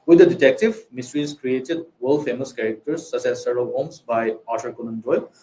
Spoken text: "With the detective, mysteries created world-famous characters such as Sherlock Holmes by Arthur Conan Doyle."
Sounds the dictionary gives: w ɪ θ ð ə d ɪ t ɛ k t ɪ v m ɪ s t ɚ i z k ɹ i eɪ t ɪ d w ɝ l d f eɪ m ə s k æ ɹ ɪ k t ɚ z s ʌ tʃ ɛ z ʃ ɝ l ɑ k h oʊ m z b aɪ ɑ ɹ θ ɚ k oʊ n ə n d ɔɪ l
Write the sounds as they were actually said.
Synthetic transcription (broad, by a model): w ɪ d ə d ɪ t ɛ k t ɪ v m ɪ s t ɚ i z k ɹ i eɪ t ɪ d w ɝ l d f eɪ m ə s k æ ɹ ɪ k t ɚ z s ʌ s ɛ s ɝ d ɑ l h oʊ m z b aɪ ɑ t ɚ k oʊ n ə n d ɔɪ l